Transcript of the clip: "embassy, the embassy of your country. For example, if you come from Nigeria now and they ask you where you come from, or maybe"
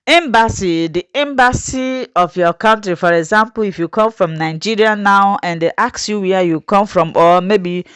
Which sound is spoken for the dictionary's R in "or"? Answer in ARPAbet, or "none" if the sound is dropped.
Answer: L